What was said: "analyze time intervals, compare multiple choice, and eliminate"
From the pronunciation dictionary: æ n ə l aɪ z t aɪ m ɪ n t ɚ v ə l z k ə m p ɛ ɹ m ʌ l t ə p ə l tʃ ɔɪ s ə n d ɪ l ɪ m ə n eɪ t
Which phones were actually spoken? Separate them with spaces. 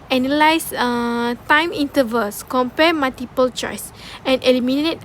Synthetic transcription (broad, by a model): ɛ n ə l aɪ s t aɪ m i n t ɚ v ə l s k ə m p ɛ m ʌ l t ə p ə l tʃ ɔɪ s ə n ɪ l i m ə n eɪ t